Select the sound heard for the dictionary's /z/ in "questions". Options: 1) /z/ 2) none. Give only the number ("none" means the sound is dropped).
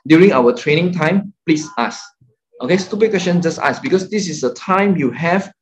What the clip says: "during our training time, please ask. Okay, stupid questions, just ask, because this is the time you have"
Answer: 2